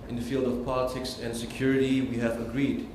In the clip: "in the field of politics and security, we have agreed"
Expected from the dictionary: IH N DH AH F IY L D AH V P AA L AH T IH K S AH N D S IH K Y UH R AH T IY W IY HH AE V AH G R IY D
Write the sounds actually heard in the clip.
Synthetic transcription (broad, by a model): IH N DH AH F IY L D AH V P AA L AH T IH K S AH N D S IH K Y UH R AH T IY W IY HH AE V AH G R IY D